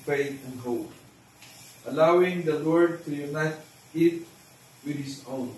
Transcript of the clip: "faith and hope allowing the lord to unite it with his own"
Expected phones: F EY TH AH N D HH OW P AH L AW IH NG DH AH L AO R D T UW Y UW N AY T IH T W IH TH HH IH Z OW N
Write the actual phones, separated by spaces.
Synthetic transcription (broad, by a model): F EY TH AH N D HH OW AH L AW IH NG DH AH L AO R D T UW Y UW N AY T IH T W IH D HH IH Z OW N